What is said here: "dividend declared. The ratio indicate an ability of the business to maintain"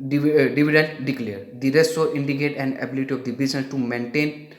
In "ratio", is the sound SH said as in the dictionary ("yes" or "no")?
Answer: no